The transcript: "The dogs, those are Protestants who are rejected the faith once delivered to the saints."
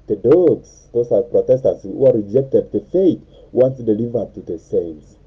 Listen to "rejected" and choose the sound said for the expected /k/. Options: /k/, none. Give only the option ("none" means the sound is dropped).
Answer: /k/